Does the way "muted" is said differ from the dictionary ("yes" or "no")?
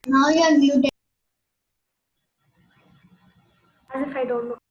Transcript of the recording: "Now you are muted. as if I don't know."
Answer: yes